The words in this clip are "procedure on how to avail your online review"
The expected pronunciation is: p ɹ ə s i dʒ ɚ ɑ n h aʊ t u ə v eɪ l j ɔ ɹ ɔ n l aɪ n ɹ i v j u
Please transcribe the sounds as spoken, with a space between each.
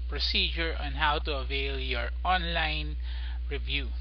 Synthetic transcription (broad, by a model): p ɹ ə s i dʒ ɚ ɑ n h aʊ t u ə v eɪ l j ɔ ɹ ɔ n l aɪ n ɹ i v j u